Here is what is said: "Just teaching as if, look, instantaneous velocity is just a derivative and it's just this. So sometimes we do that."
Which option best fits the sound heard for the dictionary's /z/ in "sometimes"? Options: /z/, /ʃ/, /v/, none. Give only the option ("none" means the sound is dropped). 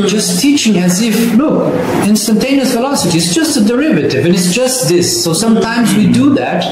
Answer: /z/